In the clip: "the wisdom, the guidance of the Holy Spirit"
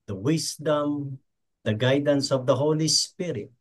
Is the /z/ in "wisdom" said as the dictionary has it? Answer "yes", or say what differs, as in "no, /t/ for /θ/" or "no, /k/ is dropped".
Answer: no, /s/ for /z/